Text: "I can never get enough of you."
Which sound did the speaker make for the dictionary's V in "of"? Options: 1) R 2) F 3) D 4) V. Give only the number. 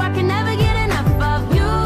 4